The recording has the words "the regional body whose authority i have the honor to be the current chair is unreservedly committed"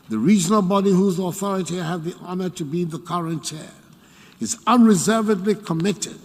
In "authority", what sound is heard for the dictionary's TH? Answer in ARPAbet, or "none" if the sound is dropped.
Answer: TH